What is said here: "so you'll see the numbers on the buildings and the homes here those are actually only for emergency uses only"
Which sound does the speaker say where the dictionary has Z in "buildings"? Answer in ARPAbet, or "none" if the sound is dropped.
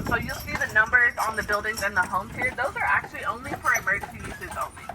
Z